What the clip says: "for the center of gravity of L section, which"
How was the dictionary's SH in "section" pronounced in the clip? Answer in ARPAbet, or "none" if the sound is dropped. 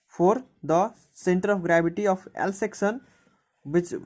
S